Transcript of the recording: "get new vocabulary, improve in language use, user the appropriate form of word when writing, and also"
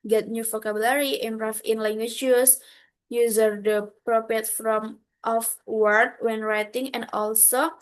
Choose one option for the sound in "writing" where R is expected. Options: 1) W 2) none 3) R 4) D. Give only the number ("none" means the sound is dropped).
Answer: 3